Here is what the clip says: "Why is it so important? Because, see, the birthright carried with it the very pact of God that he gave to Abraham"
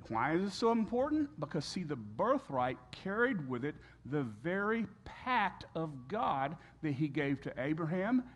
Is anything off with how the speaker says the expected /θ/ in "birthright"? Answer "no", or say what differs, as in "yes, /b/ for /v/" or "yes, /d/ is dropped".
no